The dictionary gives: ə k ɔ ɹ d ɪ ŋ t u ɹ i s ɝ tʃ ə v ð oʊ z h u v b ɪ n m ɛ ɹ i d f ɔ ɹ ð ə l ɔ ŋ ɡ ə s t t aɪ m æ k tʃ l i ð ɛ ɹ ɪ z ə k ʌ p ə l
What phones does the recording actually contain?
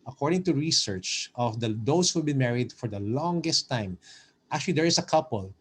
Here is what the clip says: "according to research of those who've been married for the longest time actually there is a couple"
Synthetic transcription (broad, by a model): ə k ɔ ɹ d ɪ ŋ t u ɹ i s ɝ tʃ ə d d oʊ s h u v b ɪ n m ɛ ɹ i d f ɔ ɹ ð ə l ɔ ŋ ɡ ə s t t aɪ m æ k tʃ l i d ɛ ɹ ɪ s ə k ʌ p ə l